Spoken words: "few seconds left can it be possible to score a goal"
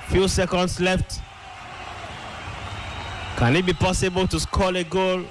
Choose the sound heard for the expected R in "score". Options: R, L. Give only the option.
L